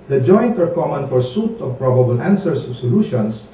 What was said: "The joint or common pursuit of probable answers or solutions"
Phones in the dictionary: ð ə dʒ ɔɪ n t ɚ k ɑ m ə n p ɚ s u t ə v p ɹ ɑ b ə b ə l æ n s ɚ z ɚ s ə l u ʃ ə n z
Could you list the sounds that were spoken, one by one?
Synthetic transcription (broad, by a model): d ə dʒ ɔɪ n t ɚ k ɑ m ə n f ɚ s u t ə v p ɹ ɑ b ə b ə l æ n s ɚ s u s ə l u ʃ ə n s